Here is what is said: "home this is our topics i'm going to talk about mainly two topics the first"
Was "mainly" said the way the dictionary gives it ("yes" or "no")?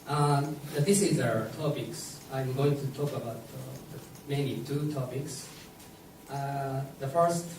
no